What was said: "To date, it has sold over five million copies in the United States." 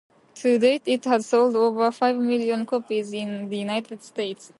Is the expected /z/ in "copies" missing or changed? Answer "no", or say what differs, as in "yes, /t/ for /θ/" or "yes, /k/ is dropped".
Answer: no